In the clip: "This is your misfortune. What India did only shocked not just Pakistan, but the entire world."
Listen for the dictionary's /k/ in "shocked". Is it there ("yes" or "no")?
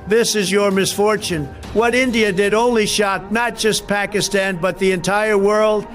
no